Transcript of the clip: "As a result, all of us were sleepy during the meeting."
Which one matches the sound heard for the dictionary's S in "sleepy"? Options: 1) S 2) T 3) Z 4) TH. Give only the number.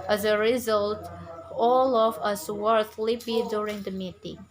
4